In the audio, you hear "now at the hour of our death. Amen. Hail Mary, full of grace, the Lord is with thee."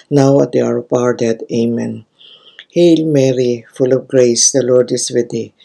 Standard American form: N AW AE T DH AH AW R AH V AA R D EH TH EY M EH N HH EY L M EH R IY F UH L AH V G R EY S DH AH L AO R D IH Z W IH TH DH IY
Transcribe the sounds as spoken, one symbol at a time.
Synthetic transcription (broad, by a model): N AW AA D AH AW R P AA R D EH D EY M EH N HH EY L M EH R IY F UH L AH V G R EY S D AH L AO R D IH S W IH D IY